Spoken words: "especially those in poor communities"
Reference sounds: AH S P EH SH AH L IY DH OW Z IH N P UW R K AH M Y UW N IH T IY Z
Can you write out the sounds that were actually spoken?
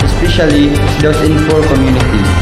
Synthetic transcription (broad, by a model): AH S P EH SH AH L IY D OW S IH N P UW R K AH M Y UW N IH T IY